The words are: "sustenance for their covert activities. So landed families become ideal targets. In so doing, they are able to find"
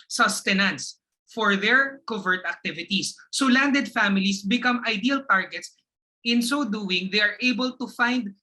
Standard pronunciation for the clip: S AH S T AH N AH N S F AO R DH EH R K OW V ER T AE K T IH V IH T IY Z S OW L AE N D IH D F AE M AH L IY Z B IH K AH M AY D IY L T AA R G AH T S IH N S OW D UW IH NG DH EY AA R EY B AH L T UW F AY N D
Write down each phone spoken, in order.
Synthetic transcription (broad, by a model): S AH S T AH N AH N S F AO R DH EH R K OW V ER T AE K T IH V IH T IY S OW L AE N D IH D F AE M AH L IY S B IH K AH M AY D IY L T AA R G AH T S IH N S OW D UW IH NG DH EY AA R EY B AH L T UW F AY N D